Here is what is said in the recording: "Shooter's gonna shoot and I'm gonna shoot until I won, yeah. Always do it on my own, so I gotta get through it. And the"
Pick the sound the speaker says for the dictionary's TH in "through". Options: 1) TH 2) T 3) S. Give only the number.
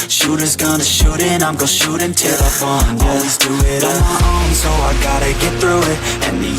1